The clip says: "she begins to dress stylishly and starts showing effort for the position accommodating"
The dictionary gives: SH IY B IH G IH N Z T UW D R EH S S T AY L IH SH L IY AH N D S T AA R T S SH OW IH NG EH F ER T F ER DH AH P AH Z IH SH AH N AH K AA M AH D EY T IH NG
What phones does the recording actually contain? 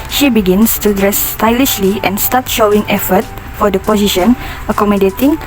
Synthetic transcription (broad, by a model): SH IY B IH G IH N S T UW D R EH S S T AY L IH SH L IY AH N S T AA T SH OW IH NG EH F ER T F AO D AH P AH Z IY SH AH N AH K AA M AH D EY T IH NG